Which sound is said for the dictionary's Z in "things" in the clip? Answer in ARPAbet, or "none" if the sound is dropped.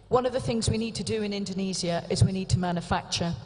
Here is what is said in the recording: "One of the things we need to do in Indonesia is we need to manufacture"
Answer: Z